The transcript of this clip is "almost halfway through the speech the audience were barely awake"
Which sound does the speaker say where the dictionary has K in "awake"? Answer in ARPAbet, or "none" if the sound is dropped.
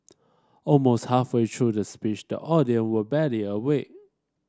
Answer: none